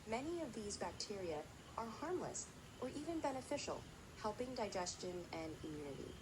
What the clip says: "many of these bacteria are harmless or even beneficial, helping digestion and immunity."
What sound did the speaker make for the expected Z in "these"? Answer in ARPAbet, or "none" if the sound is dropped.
Z